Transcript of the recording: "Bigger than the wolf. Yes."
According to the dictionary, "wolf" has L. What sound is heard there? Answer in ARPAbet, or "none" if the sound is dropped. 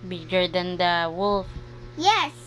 L